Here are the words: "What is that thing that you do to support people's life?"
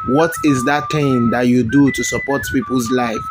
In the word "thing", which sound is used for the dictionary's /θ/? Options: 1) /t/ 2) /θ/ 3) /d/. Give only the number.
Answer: 1